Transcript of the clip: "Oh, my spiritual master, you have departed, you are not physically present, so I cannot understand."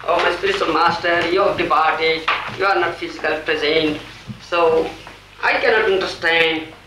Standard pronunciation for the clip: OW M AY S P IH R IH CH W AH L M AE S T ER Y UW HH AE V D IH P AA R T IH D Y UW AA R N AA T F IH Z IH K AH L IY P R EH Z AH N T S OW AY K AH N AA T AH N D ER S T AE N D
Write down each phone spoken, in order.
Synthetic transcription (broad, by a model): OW M AY S P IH R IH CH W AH L M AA S T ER Y UW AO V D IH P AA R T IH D Y UW AA R N AA T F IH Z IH K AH L P R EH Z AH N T S OW AY K AH N AA T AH N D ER S T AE N D